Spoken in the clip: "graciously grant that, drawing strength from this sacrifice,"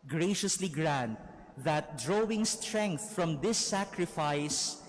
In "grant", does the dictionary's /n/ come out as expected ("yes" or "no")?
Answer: yes